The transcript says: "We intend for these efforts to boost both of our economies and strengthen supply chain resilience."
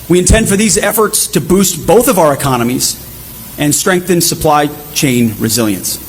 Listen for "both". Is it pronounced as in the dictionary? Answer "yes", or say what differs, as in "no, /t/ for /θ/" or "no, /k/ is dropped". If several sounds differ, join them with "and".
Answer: yes